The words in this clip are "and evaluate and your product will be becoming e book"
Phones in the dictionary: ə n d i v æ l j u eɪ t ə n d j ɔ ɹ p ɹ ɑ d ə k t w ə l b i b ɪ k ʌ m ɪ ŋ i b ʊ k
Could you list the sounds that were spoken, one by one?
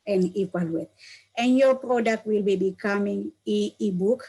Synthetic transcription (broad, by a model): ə n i p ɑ l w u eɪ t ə n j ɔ p ɹ ɑ d ə k t w ə l b i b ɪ k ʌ m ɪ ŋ i b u k